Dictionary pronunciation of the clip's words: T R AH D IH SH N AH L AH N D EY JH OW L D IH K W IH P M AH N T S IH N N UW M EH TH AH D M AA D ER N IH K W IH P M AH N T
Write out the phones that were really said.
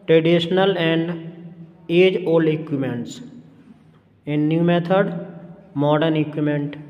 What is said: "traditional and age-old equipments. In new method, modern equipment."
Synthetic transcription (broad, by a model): T R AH D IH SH N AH L AH N D EY JH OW L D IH K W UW M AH N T S IH N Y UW M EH T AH D M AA D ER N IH K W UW M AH N T